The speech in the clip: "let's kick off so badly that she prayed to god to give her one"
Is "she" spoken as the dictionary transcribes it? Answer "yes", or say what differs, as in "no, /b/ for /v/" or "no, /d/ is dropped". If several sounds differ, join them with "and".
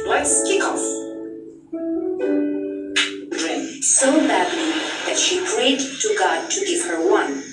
yes